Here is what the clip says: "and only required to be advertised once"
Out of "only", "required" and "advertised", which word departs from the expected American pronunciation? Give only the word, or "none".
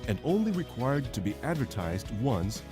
none